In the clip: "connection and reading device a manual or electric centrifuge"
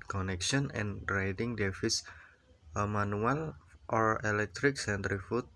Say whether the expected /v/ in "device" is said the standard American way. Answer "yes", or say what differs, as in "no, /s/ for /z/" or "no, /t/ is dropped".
no, /f/ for /v/